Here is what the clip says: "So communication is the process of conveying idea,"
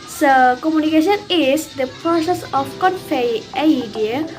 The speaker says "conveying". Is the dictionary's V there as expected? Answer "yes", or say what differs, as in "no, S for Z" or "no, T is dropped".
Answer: no, F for V